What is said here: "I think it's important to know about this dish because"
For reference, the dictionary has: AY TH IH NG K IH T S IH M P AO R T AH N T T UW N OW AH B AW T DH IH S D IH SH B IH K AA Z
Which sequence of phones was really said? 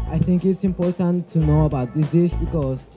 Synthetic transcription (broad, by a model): AY TH IH NG K IH T S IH M P AO R T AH N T T UW N OW AH B AW T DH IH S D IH S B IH K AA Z